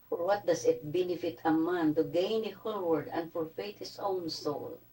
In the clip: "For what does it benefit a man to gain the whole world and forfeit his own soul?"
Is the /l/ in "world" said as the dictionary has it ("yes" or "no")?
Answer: no